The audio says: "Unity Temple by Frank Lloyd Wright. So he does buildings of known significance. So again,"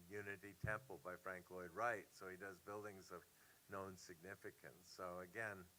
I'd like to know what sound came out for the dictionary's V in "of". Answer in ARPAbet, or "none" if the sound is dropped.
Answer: V